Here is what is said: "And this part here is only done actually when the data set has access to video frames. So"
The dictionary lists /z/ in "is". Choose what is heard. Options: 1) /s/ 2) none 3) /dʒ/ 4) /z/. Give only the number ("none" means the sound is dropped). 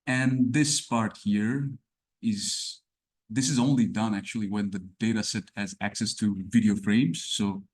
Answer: 4